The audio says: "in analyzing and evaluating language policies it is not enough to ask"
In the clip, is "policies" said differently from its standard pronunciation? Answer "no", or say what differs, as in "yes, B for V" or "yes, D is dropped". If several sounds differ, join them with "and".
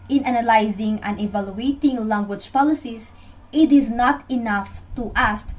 yes, S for Z